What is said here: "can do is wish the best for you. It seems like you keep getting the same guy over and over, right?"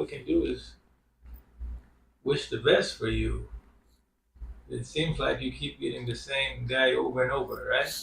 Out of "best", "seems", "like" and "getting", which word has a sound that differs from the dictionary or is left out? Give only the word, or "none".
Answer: none